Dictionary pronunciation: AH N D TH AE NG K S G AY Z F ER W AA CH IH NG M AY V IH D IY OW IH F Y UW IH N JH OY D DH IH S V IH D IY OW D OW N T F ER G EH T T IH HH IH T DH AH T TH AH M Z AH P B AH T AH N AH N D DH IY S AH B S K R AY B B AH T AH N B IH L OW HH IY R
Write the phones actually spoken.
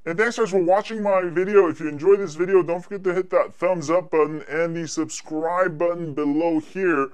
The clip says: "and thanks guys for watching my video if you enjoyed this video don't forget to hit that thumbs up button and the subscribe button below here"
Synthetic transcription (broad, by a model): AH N TH AE NG K S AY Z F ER W AA CH IH NG M AY V IH D IY OW IH F Y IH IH N JH OY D DH IH S V IH D IY OW D OW N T F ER G EH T T IH HH IH T DH AH T TH AH M Z AH P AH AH N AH N DH IY S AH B S K R AY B B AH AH N B IH L OW HH IY R